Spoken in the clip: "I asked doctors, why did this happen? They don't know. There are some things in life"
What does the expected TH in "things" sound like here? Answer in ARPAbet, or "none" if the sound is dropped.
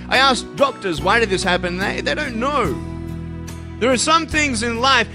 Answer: TH